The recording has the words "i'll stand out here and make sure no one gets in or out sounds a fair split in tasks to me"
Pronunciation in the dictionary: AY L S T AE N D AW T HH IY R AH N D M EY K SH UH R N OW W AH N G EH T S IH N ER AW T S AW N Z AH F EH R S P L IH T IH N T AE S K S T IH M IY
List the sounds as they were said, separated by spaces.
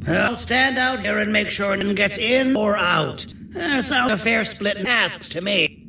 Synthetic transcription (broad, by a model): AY L S T AE N D AW T HH IY R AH N M EY K SH UH R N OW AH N G EH T S IH N ER AW T S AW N AH F EH R S P L IH T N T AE S K S T IH M IY